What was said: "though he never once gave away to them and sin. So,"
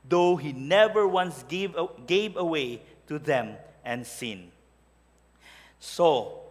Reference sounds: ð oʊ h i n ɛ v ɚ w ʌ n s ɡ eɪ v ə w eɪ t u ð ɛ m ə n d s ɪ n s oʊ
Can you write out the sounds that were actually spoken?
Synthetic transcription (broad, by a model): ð oʊ h i n ɛ v ɚ w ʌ n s ɡ eɪ v ə w eɪ t u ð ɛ m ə n s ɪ n s oʊ